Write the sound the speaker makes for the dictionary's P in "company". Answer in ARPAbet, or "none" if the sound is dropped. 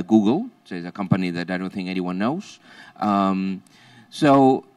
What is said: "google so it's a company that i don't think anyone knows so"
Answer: P